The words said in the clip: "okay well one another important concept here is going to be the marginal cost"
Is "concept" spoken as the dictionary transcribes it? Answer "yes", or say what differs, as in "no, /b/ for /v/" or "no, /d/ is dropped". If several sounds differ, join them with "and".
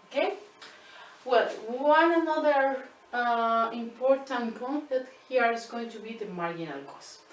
no, /p/ is dropped